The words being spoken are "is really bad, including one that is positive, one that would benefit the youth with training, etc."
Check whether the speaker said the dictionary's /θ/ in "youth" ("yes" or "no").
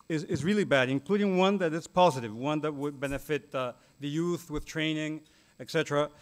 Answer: yes